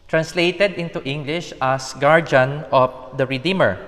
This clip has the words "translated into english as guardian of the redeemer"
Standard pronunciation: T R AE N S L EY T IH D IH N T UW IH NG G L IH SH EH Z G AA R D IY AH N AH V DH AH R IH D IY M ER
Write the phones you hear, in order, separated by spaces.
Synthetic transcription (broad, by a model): T R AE N S L EY T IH D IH N T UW IH NG G L IH SH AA S G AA R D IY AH N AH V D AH R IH D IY M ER